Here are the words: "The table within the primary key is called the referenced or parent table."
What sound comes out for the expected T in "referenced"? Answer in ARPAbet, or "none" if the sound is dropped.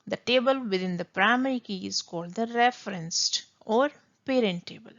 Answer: T